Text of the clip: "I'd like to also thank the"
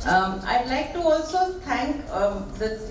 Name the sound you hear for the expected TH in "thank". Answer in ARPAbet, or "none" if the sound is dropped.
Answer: T